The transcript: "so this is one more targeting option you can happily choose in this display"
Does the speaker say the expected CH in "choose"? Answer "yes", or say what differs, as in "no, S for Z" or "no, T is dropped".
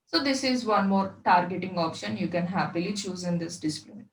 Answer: yes